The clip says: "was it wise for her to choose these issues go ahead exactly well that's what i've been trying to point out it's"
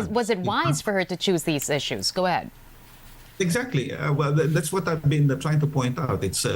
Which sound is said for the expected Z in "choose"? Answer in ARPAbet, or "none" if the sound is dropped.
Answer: Z